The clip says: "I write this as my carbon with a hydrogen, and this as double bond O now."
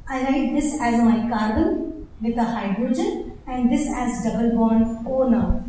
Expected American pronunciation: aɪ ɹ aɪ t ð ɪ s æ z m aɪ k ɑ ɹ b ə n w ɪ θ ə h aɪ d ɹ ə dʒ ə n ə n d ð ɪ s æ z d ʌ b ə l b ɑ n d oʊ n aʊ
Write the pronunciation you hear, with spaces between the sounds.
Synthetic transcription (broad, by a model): aɪ l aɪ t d ɪ s æ z m aɪ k ɑ ɹ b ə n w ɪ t ə h aɪ d ɹ ə dʒ ə n ə n d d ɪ s æ z d ʌ b ə l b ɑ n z oʊ n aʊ